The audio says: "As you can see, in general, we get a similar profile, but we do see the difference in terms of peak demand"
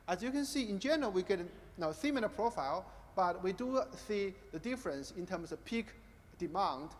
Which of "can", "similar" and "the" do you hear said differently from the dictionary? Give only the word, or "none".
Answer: similar